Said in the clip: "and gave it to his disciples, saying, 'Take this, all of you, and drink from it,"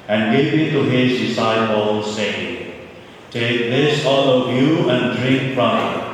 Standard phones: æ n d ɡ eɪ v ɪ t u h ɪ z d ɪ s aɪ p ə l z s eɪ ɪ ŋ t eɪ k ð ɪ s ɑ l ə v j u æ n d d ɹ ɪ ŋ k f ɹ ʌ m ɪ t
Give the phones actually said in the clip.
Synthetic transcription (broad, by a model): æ n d ɡ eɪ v ɪ t u h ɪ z d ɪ s aɪ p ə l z s eɪ ɪ ŋ t eɪ k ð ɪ s ɑ l ə v j u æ n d d ɹ ɪ ŋ k p ɹ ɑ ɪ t